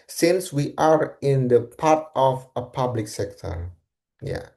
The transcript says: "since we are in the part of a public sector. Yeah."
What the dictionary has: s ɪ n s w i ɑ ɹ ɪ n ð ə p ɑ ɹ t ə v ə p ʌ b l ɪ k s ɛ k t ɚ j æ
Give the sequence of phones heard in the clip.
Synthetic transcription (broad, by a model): s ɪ n s w i ɑ ɹ ɪ n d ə p ɑ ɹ t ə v ə p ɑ b l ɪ k s ɛ k t ɚ j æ